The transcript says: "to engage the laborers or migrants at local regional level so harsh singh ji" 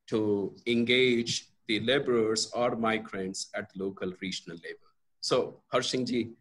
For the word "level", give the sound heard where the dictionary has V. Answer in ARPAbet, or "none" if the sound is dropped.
B